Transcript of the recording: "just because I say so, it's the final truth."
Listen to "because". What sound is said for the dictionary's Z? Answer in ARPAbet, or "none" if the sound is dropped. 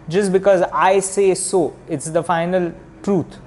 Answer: Z